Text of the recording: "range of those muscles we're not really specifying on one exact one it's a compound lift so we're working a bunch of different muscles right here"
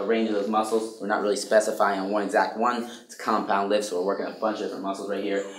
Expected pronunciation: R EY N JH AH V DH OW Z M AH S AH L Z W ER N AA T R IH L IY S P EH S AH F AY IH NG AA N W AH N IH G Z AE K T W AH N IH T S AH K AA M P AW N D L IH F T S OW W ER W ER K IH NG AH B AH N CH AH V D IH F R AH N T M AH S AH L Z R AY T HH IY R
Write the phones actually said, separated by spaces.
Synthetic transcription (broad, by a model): R EY N JH AH V DH OW Z M AH S L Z W ER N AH T R IH L IY S P EH S AH F AY IH NG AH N W AH N IH G Z AE K T W AH N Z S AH K AA M P AW N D L IH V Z S OW W ER W ER K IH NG AH B AH N CH AH V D IH F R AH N M AH S L Z R AY T HH IY R